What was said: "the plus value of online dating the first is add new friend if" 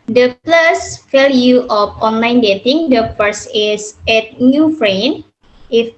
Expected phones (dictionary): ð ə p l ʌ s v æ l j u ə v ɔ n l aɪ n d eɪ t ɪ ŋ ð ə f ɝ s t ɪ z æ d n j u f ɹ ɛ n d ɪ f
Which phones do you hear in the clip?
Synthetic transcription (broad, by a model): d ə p l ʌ s f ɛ l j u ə f ɔ n l aɪ n d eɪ t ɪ ŋ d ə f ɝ s ɪ s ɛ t n j u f ɹ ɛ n ɪ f